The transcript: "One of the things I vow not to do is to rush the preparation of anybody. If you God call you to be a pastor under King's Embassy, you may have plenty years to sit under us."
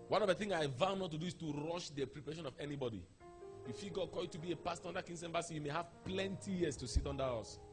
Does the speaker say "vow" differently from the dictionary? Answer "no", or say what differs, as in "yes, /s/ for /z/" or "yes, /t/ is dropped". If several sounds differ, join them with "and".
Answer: no